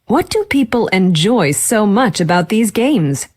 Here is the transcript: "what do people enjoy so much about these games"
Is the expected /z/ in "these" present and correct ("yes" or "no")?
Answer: yes